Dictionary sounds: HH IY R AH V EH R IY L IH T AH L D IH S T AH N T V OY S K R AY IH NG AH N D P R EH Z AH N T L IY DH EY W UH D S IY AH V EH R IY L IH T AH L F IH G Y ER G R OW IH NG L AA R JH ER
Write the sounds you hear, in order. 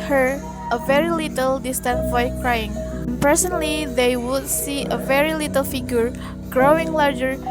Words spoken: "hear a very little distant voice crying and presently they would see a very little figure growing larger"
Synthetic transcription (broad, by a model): HH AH R AH V EH R IY L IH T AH L D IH S T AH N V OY K R AY IH NG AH N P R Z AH N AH L IY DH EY W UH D S IY AH V EH R IY L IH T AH L F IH G Y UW G R OW IH NG L AA R JH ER